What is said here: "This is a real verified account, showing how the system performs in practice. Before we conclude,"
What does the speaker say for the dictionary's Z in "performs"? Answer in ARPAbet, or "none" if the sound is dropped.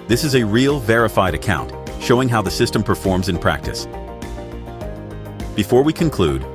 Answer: Z